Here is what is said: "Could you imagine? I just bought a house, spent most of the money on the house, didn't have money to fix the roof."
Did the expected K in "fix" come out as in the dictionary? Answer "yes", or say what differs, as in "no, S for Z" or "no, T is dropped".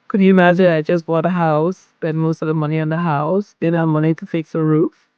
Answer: yes